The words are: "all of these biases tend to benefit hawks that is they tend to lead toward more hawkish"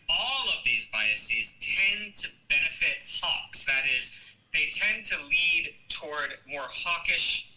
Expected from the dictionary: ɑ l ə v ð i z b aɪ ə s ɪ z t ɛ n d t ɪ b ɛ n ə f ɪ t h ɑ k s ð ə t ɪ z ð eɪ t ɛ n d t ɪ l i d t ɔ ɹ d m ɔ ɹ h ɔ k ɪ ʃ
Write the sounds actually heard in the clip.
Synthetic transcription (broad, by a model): ɑ l ə v ð i z b aɪ ə s ɪ z t ɛ n t ɪ b ɛ n ə f ɪ t h ɑ k s ð ə t ɪ z ð eɪ t ɛ n t ɪ l i d t ɔ ɹ d m ɔ ɹ h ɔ k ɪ ʃ